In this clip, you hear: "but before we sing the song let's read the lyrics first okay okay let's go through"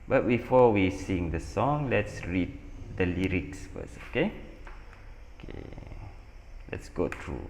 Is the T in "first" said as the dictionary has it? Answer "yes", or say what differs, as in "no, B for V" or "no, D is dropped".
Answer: no, T is dropped